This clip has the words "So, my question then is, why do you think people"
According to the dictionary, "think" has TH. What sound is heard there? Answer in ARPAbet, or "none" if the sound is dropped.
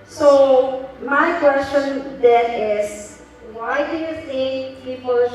S